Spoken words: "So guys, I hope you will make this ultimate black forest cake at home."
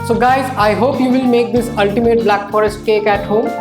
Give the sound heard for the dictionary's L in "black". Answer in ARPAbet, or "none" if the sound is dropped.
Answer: L